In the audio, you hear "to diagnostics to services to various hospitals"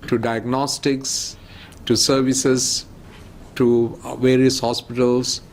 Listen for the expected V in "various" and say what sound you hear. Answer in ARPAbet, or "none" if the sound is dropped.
V